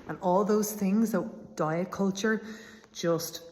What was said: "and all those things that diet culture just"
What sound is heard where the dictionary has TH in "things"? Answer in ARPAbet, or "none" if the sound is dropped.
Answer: TH